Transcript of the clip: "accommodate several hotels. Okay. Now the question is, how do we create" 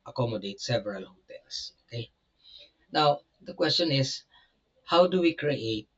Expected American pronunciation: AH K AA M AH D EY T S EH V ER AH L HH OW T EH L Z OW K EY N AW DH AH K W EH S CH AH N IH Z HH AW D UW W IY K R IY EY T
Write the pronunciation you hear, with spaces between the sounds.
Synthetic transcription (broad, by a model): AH K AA M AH D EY T S EH V ER AH L HH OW T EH L S OW K EY N AW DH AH K W EH S CH AH N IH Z HH AW D UW W IY K R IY EY T